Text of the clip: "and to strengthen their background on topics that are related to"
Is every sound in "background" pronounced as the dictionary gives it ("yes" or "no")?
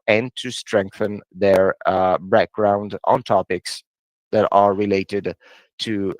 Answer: yes